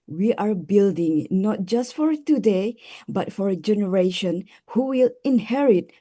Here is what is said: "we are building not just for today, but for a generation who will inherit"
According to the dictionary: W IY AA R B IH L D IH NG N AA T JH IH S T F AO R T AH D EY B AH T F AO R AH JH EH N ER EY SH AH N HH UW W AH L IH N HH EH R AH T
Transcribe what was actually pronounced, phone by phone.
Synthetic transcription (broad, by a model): W IY AA R B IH L D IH NG N AA T JH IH S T F AO R T AH D EY B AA T F AO R AH JH EH N ER EY SH AH N HH UW W AH L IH N HH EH R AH T